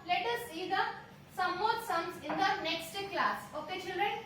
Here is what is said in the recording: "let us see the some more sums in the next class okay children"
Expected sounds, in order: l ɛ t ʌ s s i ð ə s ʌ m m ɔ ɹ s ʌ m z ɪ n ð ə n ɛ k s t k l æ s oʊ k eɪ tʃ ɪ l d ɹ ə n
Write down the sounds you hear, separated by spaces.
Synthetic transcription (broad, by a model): l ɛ t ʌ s s i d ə s ʌ m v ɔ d s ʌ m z ɪ n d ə n ɛ k s t k l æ s oʊ k eɪ tʃ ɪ l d ɹ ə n